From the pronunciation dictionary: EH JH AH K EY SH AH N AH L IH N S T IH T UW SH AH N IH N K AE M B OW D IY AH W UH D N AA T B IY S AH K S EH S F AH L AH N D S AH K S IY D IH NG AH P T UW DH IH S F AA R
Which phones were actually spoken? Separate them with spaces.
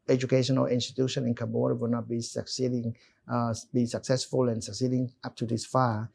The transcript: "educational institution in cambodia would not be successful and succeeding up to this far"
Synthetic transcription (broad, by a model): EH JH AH K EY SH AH N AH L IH N S T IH T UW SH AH N IH N K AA B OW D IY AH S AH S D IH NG B IY S AH K S EH S F AH L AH N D S AH K S IY D IH NG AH P T UW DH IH S F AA